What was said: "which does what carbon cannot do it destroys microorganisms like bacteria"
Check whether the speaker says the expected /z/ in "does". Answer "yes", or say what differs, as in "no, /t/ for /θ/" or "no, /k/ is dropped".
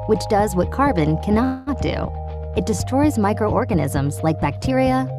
yes